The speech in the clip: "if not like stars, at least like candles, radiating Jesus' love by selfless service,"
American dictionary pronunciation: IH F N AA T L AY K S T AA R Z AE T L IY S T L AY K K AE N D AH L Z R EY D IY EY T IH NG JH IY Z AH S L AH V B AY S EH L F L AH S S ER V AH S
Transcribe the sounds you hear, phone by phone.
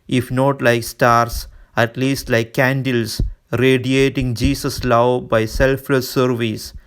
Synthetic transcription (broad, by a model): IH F N AA T L AY K S T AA R S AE T L IY S T L AY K K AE N D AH L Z R EY D IY EY T IH NG JH IY S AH S L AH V B AY S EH L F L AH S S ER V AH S